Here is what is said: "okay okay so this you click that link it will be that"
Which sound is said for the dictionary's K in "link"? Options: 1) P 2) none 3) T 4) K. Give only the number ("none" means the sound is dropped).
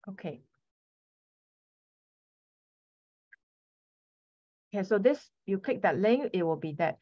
2